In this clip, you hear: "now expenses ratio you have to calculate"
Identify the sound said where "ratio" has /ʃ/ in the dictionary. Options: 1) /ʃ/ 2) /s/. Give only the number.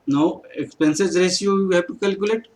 2